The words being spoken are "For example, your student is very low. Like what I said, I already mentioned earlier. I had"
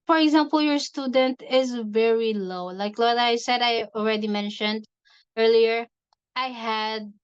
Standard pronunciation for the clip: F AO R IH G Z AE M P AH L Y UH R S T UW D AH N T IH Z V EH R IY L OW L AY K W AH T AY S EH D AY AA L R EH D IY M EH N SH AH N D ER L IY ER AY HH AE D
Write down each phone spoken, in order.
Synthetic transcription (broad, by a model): F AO R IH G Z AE M P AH L Y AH R S T UW D AH N T IH Z V EH R IY L OW L AY K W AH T AY S EH D AY AA L R EH D IY M EH N SH AH N D ER L IY ER AY HH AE D